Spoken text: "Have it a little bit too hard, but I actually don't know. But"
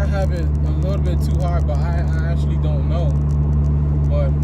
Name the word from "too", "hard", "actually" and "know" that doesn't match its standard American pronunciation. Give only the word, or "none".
none